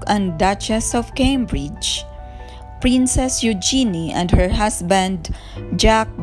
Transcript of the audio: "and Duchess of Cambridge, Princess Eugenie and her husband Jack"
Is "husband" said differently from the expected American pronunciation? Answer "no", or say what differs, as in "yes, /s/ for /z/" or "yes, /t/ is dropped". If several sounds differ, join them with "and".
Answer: yes, /s/ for /z/